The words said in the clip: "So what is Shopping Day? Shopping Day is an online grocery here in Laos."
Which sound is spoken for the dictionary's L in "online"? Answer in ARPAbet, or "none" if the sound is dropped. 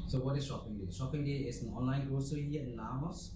L